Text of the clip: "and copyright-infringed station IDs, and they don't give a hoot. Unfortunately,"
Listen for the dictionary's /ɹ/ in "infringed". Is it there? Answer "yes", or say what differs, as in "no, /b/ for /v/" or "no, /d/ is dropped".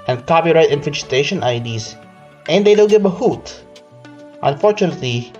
no, /ɹ/ is dropped